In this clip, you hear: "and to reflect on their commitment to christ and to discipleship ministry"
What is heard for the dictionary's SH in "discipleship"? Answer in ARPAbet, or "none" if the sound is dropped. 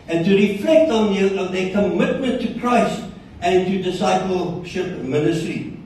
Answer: SH